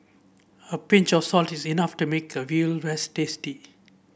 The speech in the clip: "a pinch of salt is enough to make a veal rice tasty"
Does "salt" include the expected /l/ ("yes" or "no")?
yes